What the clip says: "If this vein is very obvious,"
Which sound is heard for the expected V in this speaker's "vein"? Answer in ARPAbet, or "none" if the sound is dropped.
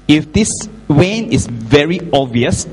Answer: W